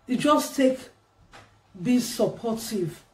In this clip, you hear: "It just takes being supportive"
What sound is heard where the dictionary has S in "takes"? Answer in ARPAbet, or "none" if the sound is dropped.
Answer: none